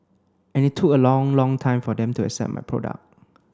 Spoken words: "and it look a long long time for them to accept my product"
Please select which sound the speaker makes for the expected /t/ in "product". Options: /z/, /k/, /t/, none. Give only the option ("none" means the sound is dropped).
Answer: none